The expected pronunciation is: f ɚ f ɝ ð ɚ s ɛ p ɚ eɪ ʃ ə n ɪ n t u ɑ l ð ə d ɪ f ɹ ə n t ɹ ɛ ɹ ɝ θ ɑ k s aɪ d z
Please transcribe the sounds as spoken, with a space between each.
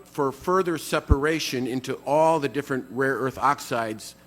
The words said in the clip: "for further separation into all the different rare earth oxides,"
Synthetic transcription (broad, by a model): f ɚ f ɝ ð ɚ s ɛ p ɚ eɪ ʃ ə n ɪ n t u ɑ l ð ə d ɪ f ɹ ə n t ɹ ɛ ɹ ɝ θ ɑ k s aɪ d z